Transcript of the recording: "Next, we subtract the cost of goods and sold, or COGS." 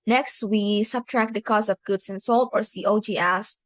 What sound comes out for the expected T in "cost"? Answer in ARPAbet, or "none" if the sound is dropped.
none